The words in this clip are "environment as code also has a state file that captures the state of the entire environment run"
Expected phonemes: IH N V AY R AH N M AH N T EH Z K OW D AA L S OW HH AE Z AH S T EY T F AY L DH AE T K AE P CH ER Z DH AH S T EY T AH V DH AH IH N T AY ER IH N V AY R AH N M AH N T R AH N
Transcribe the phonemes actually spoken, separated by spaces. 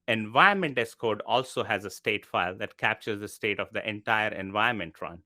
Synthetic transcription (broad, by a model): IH N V AY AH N M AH N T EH S K OW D AA L S OW HH AE Z AH S T EY T F AY L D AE T K AE P CH ER Z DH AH S T EY T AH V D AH IH N T AY ER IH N V AY AH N M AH N T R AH N